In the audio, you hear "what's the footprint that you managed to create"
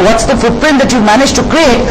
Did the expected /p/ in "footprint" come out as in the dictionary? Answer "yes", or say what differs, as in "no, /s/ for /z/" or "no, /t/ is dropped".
yes